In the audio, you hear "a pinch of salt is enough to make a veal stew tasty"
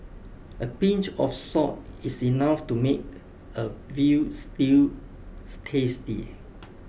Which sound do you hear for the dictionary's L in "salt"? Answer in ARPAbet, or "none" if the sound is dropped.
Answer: none